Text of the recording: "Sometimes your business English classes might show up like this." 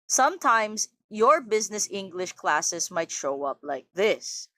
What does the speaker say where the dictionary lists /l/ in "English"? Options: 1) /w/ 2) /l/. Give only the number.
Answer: 2